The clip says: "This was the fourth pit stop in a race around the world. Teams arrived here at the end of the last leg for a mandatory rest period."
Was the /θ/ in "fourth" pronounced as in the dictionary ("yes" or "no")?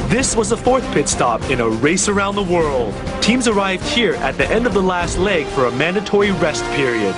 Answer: yes